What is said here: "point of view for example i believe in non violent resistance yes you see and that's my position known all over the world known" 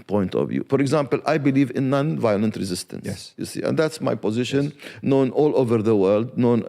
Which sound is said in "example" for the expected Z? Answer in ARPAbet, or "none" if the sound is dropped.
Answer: Z